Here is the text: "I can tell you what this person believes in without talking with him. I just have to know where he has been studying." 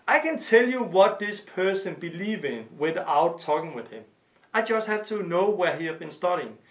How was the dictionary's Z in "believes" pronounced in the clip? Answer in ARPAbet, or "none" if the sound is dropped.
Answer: none